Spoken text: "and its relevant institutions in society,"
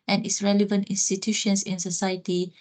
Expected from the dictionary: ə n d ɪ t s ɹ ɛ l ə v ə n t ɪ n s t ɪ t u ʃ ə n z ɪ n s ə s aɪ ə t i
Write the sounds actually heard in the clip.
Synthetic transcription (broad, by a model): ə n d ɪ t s ɹ ɛ l ə v ə n t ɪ n s t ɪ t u ʃ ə n s ɪ n s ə s aɪ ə t i